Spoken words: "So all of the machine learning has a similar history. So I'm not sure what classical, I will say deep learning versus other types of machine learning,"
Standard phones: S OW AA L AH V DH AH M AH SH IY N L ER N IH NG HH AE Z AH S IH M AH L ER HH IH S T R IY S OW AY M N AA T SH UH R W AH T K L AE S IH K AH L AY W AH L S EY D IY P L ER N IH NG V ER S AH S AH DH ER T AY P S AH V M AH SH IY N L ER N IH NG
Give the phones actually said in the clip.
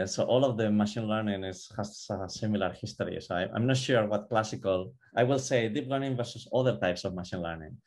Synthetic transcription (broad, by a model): S OW AA L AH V DH AH M AH SH IY N L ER N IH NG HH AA S AH S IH M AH L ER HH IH S T R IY S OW AY M N AA T SH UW R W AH T K L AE S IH K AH L AY W AH L S EY D IY P L ER N IH NG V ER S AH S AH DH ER T AY P S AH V M AH SH IY N L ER N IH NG